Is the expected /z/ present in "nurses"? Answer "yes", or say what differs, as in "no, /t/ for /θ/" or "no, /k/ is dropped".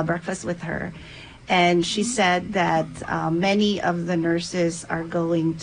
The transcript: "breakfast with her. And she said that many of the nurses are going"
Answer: yes